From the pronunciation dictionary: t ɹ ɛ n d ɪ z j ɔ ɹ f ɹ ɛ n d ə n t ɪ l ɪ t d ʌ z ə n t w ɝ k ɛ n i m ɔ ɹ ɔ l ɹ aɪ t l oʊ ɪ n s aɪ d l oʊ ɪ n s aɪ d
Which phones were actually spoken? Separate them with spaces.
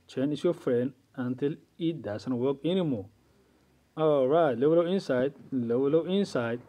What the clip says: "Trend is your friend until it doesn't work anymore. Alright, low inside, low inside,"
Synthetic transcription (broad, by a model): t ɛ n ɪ s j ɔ f ɹ ɛ n d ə n t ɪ l ɪ t d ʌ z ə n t w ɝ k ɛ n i m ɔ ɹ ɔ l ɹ aɪ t l oʊ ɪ n s aɪ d l oʊ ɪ n s aɪ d